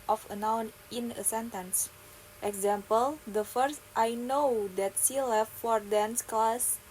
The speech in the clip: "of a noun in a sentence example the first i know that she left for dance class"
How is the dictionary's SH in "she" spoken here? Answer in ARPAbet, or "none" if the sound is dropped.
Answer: S